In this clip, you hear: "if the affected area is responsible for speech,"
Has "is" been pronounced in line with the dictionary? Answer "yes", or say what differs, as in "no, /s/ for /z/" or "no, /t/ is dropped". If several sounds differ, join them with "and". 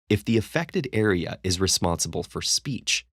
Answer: yes